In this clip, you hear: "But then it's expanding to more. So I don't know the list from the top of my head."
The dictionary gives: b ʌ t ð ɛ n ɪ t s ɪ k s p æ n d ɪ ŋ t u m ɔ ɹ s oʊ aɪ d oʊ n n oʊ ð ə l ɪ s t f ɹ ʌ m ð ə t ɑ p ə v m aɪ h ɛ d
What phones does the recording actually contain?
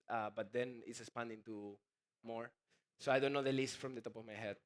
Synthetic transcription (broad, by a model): b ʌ t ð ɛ n ɪ t s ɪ s p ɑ n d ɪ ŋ t u m ɔ ɹ s oʊ aɪ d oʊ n n oʊ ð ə l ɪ s t f ɹ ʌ m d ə t ɑ p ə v m aɪ h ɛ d